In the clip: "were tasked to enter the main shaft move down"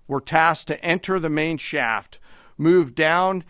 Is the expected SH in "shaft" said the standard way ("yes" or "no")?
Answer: yes